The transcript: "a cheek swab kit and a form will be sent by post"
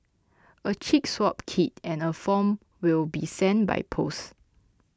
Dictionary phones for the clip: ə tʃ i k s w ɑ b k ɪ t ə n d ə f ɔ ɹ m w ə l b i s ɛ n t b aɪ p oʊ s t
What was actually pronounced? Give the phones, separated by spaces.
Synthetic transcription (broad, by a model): ə tʃ i k s w ɑ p k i t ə n ə f ɔ m w ə l b i s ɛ n b aɪ p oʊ s